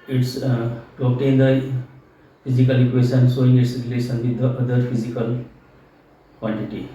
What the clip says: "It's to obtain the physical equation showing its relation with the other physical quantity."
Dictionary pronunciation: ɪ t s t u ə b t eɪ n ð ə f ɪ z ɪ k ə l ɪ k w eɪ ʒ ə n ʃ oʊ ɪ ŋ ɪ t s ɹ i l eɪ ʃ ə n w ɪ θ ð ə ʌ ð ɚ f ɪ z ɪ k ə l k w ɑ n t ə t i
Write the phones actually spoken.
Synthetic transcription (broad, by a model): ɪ t s t u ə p t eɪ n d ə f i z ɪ k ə l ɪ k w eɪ s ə n s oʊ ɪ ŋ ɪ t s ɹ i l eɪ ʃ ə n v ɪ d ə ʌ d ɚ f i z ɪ k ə l k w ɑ n t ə t i